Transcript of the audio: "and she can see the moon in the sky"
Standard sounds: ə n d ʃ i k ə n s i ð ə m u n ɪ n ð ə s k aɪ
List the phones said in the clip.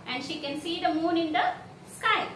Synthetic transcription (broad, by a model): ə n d ʃ i k ə n s i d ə m u n ɪ n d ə s k aɪ